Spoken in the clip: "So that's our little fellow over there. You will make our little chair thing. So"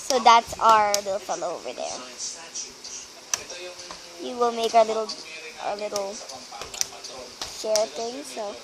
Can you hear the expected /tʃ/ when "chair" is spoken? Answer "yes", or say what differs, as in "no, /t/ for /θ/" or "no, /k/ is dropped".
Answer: no, /ʃ/ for /tʃ/